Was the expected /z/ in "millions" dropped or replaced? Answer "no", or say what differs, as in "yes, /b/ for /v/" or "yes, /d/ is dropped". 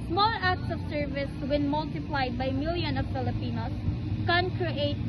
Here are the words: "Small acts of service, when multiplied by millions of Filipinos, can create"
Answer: yes, /z/ is dropped